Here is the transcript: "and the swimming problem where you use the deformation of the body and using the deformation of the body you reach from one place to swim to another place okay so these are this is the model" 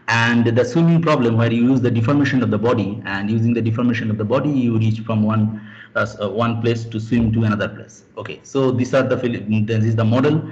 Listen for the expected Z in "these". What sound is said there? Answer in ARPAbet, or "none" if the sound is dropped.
S